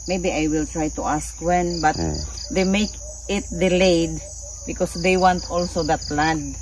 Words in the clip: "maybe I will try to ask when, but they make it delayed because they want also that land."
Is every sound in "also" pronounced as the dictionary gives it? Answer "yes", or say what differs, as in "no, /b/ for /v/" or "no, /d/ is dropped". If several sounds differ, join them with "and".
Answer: yes